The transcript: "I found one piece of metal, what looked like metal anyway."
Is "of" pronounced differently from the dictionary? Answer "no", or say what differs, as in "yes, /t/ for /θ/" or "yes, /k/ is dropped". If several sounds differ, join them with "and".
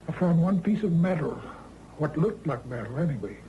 no